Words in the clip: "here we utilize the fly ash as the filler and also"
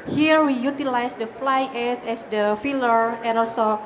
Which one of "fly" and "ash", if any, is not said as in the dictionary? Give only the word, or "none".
ash